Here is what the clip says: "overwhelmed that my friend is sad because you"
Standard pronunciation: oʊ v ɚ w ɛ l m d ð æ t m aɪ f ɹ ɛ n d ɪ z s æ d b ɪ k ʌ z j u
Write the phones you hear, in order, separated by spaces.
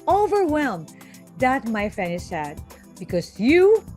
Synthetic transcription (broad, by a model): oʊ v ɚ w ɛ l m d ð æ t m aɪ f ɛ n ɪ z s æ d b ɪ k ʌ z j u